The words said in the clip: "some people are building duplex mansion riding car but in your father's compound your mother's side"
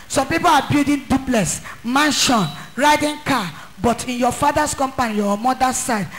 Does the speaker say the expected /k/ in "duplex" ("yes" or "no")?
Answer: no